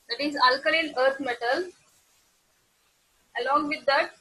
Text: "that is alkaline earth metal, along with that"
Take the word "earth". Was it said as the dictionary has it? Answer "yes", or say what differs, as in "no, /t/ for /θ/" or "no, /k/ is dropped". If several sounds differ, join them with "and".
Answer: no, /t/ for /θ/